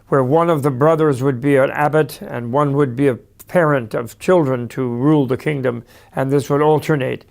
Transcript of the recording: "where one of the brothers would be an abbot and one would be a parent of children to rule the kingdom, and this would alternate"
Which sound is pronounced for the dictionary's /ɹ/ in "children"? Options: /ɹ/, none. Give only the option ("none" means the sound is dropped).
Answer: /ɹ/